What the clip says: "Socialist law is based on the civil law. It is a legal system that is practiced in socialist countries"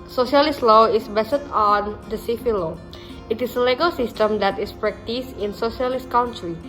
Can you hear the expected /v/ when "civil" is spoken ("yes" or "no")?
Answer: no